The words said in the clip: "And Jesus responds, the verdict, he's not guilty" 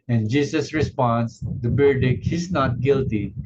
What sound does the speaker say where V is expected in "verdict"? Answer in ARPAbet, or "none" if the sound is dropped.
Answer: B